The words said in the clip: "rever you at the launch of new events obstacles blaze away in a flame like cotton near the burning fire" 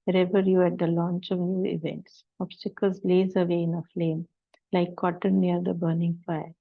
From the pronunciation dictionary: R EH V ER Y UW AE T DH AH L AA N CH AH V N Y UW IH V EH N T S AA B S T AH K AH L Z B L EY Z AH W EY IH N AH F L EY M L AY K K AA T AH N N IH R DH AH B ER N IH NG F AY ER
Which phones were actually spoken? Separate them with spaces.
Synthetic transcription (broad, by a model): R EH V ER Y UW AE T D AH L AA N CH AH V N Y UW IH V EH N T S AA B S T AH K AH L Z L EY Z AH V EY IH N AH F L EY M L AY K K AA T AH N N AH R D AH B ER N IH NG F AY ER